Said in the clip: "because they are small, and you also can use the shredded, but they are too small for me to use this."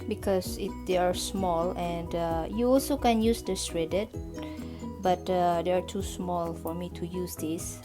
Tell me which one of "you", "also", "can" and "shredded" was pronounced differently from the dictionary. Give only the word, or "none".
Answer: shredded